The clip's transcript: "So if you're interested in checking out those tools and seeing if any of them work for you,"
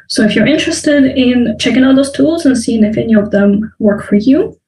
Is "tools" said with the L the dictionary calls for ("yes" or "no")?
yes